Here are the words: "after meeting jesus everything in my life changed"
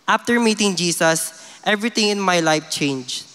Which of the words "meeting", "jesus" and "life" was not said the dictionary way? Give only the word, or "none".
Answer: jesus